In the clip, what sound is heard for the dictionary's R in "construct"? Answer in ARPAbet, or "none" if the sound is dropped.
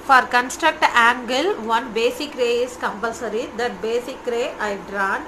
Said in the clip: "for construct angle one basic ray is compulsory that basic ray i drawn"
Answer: R